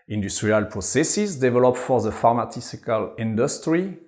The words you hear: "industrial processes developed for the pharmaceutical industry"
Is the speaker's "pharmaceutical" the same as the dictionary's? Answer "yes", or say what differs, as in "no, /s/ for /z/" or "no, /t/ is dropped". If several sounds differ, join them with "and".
no, /s/ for /t/